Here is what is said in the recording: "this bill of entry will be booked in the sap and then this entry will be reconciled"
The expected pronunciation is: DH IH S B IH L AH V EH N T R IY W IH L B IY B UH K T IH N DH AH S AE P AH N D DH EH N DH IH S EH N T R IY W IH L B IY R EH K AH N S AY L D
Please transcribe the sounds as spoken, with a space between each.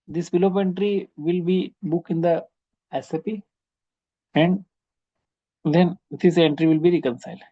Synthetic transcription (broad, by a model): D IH S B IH L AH P EH N T R IY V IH L B IY B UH K IH N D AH S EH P AH N D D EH N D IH S EH N T R IY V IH L B IY R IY K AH N S AY L D